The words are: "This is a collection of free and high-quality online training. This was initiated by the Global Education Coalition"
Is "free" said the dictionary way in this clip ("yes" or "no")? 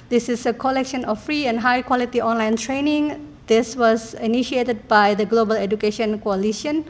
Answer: yes